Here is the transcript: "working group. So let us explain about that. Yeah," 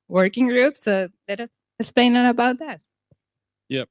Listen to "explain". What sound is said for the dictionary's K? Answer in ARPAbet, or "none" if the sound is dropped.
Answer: none